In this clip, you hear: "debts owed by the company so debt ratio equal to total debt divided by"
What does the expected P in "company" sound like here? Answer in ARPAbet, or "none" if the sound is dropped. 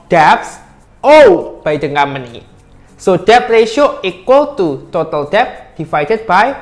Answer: none